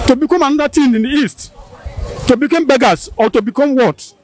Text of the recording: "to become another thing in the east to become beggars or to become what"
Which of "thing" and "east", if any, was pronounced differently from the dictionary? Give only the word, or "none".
thing